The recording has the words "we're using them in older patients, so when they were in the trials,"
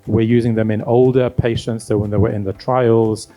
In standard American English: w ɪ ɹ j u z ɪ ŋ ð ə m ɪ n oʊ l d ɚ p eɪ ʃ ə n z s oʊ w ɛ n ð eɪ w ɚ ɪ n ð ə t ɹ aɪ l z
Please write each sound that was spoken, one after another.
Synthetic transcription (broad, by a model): w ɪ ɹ j u z ɪ ŋ ð ə m ɪ n oʊ l d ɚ p eɪ ʃ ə n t s oʊ w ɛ n ð eɪ w ɚ ɪ n ð ə t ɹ aɪ l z